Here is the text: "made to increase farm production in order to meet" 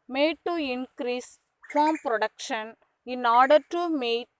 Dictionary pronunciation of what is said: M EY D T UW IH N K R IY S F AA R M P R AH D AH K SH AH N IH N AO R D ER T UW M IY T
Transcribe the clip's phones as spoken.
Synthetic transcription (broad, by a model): M EY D T UW IH N K R IY S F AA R M P R AH D AH K SH AH N IH N AO R D ER T UW M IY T